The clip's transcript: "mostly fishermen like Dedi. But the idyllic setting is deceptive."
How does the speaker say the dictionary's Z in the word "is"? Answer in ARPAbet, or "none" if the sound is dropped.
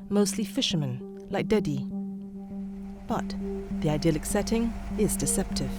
Z